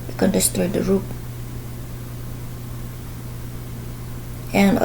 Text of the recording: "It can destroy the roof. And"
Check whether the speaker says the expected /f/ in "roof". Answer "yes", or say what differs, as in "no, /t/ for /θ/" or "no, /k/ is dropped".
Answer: no, /p/ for /f/